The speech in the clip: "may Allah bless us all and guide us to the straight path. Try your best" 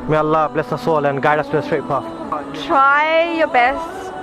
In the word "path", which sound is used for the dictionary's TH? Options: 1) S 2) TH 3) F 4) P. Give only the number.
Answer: 3